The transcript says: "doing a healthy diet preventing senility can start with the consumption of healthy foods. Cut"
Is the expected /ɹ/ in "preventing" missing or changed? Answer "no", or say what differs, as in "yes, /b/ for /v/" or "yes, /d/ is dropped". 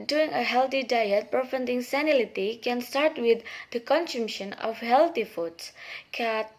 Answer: yes, /ɹ/ is dropped